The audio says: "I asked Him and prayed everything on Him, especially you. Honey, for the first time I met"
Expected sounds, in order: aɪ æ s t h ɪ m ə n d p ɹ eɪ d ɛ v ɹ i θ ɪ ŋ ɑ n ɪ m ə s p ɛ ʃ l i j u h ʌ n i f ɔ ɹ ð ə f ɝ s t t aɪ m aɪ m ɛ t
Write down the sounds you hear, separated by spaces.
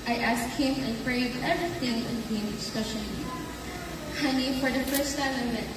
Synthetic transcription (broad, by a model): aɪ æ s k h ɪ m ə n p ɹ eɪ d ɛ v ɹ i θ ɪ ŋ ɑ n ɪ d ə s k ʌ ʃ i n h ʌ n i f ɔ ɹ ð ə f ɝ s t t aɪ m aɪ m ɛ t